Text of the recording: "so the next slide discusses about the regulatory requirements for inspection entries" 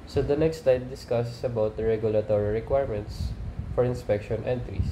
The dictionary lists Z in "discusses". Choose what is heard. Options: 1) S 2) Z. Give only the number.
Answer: 1